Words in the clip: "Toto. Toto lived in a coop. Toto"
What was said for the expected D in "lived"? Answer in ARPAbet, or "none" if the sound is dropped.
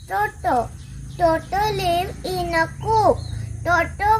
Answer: none